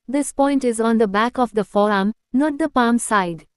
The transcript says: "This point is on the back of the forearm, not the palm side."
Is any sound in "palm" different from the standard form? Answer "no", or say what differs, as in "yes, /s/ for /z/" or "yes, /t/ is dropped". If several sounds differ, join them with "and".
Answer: no